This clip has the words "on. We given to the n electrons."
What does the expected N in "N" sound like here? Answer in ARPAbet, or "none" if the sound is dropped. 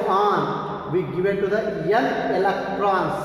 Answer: L